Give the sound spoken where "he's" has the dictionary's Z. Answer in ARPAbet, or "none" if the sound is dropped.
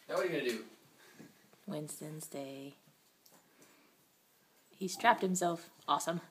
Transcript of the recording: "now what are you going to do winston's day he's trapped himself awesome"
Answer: S